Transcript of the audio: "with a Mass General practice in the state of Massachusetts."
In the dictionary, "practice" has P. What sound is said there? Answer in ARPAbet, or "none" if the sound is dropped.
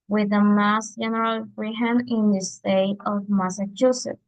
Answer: F